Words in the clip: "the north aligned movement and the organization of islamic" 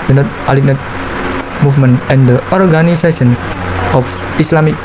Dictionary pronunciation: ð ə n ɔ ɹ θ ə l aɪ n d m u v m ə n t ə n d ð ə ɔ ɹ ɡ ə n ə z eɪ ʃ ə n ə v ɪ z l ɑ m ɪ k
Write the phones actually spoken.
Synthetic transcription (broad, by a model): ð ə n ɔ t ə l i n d m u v m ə n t ə n d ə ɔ ɹ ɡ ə n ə s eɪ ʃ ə n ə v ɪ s l ɑ m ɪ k